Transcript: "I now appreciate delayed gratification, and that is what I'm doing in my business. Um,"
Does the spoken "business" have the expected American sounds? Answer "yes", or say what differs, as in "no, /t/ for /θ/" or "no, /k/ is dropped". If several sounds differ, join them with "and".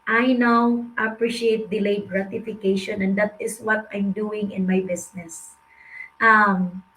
no, /s/ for /z/